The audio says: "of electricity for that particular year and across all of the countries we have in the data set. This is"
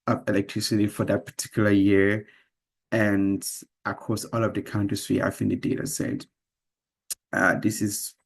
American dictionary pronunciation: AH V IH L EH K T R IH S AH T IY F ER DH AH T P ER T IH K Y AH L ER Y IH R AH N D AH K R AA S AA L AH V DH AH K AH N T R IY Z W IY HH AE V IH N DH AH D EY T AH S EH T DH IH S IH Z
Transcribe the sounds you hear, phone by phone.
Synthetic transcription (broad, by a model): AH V IH L EH K T R IH S AH T IY F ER DH AH T P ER T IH K Y L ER Y IH R AH N D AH K AA S AA L AH V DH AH K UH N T IY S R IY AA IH F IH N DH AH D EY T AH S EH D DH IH S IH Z